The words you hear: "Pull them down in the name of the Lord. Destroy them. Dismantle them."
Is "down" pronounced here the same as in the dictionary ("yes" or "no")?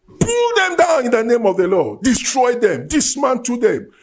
yes